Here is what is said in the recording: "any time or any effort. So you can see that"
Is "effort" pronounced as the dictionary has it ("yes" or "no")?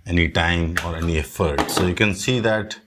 yes